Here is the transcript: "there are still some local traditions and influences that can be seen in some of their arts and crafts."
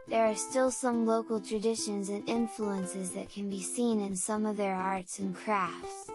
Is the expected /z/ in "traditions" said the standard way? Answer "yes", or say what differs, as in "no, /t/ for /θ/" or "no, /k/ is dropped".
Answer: yes